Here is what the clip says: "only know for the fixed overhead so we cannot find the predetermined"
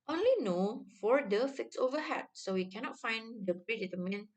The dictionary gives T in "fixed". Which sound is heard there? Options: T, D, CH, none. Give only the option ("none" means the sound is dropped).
none